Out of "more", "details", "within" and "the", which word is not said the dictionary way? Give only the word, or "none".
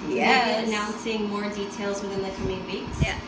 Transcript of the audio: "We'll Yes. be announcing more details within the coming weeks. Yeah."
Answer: none